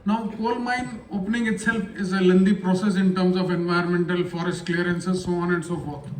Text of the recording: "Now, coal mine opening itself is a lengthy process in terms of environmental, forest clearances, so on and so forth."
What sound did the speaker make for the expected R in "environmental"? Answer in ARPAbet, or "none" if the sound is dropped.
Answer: none